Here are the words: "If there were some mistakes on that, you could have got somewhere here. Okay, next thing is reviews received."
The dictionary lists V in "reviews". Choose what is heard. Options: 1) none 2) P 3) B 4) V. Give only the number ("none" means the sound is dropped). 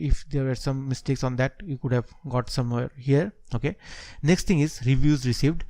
4